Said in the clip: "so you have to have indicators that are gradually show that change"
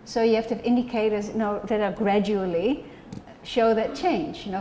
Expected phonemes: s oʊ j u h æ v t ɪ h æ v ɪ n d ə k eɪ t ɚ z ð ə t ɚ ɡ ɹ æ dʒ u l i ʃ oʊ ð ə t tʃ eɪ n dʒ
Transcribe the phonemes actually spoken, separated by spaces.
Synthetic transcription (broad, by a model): s oʊ j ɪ h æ f t ɪ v ɪ n d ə k eɪ t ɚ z ð ə t ɚ ɡ ɹ æ dʒ u l i ʃ oʊ ð ə t tʃ eɪ n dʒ